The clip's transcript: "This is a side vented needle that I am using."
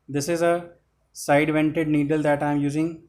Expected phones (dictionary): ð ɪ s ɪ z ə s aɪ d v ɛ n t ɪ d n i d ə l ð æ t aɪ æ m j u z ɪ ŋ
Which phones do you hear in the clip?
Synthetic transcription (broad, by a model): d ɪ s ɪ z ə s aɪ d v ɛ n t ɪ d n i d ə l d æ t aɪ m j u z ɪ ŋ